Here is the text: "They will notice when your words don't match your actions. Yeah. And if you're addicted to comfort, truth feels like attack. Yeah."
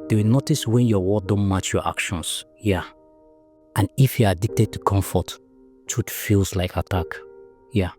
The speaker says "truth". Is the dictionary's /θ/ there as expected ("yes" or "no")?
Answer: no